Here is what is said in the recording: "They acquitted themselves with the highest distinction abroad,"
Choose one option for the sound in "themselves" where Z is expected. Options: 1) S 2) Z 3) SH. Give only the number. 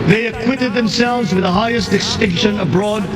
2